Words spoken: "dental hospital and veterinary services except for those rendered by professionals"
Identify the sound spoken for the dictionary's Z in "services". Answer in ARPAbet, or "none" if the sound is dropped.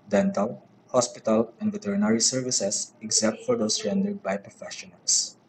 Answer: S